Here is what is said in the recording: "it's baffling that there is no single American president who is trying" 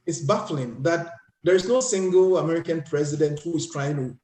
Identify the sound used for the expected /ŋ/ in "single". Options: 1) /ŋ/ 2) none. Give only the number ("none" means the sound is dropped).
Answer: 1